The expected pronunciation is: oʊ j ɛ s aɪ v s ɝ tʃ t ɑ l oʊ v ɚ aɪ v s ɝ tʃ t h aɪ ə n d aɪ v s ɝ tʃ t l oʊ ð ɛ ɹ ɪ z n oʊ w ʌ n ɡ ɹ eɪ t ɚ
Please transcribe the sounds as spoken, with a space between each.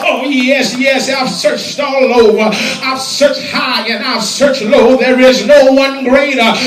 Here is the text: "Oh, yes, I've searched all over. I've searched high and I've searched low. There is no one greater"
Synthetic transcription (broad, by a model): oʊ j ɛ s aɪ v s ɝ tʃ t ɑ l oʊ v ɚ aɪ v s ɝ tʃ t h aɪ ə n aɪ v s ɝ tʃ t l oʊ ð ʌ ɹ ɪ z n oʊ w ʌ n ɡ ɹ eɪ t ɚ